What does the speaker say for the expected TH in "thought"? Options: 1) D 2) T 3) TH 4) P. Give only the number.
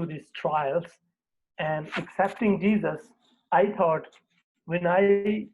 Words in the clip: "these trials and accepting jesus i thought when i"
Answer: 2